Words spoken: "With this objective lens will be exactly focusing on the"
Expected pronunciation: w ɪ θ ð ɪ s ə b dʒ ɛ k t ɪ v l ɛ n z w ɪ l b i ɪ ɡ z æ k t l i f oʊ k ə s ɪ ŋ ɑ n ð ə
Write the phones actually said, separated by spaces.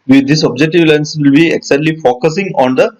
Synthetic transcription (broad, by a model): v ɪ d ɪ s ə b dʒ ɛ k t ɪ v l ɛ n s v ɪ l b i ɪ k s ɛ t l i f oʊ k ə s ɪ ŋ ɑ n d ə